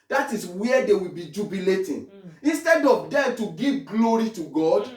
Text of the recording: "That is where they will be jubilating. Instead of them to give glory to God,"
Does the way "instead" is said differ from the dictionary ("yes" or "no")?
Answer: no